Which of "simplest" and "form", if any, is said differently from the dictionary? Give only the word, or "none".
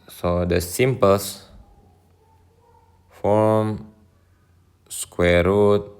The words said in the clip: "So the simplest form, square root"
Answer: simplest